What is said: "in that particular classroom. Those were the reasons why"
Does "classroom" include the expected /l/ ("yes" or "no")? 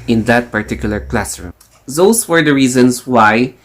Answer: yes